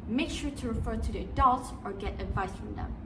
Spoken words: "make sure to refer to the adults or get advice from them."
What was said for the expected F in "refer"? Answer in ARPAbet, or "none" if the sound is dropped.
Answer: F